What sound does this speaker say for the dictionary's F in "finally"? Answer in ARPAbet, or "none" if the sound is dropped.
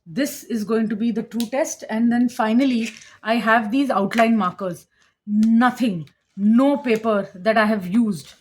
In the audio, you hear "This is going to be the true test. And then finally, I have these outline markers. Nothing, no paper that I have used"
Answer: F